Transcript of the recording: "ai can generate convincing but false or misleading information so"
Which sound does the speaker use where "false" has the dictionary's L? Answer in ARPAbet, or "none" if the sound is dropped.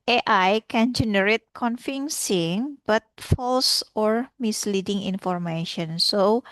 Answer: L